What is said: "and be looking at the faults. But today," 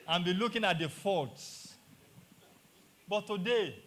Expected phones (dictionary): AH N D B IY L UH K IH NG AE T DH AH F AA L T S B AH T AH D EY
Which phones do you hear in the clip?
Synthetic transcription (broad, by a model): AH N B IY L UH K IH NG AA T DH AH F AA T S B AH T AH D EY